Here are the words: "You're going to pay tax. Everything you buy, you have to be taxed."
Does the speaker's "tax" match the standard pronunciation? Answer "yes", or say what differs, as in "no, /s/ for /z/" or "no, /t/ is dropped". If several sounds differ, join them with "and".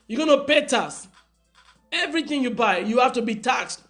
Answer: no, /k/ is dropped